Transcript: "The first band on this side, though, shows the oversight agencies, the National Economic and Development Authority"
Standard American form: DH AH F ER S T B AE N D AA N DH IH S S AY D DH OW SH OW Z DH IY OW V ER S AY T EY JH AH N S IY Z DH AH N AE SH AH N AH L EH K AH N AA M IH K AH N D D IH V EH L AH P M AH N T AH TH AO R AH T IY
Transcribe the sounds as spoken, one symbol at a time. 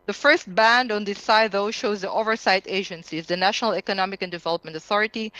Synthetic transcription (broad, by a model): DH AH F ER S T B AE N D AA N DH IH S S AY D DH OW SH OW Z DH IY OW V ER S AY T EY JH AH N S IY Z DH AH N AE SH AH N AH L EH K AH N AA M IH K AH N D D IH V EH L AH P M AH N T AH TH AO R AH T IY